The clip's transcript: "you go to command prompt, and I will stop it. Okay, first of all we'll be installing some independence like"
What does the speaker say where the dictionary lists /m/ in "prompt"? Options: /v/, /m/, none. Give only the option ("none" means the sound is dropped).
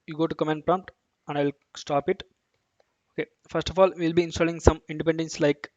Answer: /m/